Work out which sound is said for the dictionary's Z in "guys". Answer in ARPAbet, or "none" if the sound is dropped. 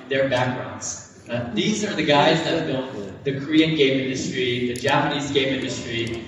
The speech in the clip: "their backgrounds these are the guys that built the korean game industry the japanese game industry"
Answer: Z